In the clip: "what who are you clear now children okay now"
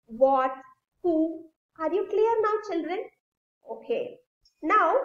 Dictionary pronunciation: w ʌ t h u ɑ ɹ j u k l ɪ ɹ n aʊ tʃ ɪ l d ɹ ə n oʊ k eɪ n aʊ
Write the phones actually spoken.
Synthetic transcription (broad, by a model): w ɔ t h u ɑ ɹ j u k l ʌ ɹ n aʊ tʃ ɪ l d ɹ ə n oʊ k eɪ n aʊ